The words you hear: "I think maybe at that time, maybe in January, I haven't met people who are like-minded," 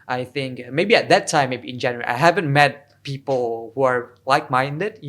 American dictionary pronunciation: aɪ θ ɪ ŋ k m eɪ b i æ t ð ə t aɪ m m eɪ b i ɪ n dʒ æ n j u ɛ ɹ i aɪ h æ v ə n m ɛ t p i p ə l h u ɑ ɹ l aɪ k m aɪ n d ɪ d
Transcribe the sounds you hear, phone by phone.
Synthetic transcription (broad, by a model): aɪ θ ɪ ŋ k m eɪ b i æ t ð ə t aɪ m m eɪ b i ɪ n dʒ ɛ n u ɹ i aɪ h æ v ə n m ɛ t p i p ə l h u ɑ ɹ l aɪ k m aɪ n d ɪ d